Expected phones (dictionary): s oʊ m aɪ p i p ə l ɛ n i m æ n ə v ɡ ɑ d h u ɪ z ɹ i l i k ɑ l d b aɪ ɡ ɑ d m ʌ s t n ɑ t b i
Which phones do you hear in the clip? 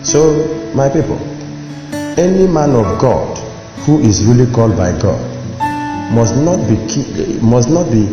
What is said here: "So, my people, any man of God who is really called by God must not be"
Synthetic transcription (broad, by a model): s oʊ m aɪ p i p ə l ɛ n i m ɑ n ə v ɡ ɑ d h u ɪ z ɹ i l i k ɑ l d b aɪ ɡ ɑ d m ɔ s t n ɑ t b i